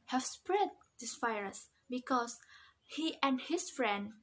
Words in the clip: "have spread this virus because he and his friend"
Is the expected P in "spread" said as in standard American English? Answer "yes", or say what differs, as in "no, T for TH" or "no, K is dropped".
yes